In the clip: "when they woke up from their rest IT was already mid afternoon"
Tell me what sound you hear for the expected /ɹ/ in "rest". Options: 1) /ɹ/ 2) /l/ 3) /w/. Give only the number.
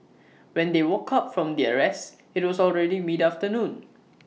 1